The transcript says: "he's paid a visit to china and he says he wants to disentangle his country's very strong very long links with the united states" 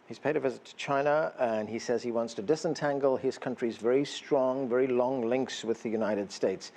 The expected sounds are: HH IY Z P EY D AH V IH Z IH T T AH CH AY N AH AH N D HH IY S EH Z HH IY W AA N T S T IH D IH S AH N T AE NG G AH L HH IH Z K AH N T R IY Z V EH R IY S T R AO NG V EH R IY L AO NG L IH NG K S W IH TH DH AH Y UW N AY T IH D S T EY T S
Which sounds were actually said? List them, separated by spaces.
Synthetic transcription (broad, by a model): HH IY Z P EY D AH V IH Z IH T T AH CH AY N AH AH N IY S EH Z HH IY W AA N T S T IH D IH S AH N T AE NG G AH L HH IH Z K AH N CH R IY Z V EH R IY S T R AO NG V EH R IY L AO NG L IH NG K S W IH DH AH Y UW N AY T IH D S T EY T S